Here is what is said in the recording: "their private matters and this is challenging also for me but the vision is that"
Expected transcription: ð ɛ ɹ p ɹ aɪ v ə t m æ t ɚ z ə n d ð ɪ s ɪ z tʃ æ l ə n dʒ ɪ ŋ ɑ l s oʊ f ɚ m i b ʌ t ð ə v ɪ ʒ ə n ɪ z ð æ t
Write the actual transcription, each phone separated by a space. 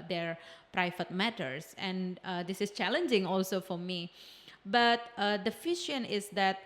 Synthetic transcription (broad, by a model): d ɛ ɹ p ɹ aɪ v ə t m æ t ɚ s ə n d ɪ s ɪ s tʃ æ l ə n dʒ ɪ ŋ ɑ l s oʊ f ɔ m i b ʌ t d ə f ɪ ʃ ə n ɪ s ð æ t